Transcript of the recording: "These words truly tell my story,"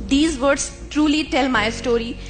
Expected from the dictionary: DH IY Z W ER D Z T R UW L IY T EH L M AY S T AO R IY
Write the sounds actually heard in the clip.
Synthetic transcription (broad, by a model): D IY Z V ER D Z T R UW L IY T EH L M AY S T AO R IY